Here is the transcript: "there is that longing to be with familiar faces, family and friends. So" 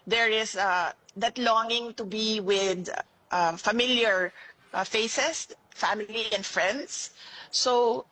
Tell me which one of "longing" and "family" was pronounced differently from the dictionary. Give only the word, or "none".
none